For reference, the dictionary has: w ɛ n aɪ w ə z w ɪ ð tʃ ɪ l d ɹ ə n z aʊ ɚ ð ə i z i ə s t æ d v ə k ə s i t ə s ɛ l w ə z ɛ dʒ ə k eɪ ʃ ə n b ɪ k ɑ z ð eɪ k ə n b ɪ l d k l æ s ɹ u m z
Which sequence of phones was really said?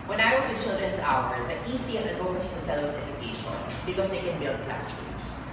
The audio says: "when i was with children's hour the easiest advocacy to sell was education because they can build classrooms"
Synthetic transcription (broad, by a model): w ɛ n aɪ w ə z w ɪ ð tʃ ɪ l d ɹ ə n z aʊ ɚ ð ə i s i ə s ɛ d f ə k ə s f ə s ɛ l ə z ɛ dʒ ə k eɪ ʃ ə n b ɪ k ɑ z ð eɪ k ə n b ɪ l d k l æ s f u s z